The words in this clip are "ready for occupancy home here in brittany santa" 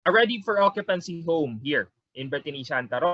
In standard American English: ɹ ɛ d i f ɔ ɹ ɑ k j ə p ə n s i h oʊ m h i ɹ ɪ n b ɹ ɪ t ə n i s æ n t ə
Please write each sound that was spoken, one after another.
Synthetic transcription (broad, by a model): ɹ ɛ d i f ɔ ɹ ɑ k j ə p ə n s i h oʊ m h i ɹ ɪ n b ɪ t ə n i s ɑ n t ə